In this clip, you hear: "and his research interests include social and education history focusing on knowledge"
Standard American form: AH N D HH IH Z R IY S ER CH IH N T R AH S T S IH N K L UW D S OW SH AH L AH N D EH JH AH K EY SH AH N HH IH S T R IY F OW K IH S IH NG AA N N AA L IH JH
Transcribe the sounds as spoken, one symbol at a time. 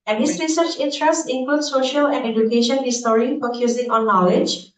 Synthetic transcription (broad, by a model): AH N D HH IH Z R IY S ER CH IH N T R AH S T IH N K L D S OW SH AH L AH N D EH JH AH K EY SH AH N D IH S T R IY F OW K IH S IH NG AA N N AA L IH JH